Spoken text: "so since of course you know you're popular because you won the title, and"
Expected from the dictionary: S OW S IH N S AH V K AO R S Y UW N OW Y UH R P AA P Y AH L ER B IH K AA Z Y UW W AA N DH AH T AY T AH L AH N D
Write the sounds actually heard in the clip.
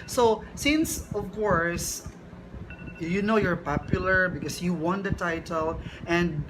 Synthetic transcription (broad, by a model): S OW S IH N S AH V K AO R S Y UW N OW Y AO R P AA P Y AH L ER B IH K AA S Y UW W AA N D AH T AY T AH L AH N D